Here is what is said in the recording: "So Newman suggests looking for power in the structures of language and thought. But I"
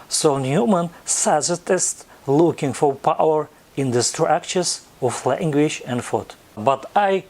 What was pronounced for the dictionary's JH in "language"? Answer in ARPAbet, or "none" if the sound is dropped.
SH